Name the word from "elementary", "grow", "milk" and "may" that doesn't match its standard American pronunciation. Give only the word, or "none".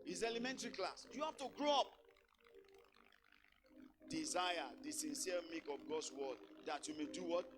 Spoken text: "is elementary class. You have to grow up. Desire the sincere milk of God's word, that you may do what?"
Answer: milk